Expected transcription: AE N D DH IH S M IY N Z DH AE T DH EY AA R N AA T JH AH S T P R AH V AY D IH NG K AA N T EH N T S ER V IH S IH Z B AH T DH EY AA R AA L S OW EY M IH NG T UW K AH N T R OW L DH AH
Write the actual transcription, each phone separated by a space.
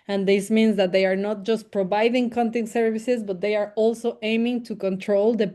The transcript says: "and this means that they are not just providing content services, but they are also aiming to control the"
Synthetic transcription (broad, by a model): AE N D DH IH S M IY N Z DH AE T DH EY AA R N AA T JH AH S T P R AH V AY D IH NG K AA N T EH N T S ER V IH S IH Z B AH T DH EY AA R AA L S OW EY M IH NG T UW K AH N T R OW L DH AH